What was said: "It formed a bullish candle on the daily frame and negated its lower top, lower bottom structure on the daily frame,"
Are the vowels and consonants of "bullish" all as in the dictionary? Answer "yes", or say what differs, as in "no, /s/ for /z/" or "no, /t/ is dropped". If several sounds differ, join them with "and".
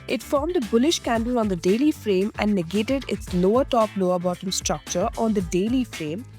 yes